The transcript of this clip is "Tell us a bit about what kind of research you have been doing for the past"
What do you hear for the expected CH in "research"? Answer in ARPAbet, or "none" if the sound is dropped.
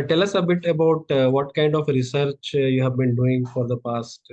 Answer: CH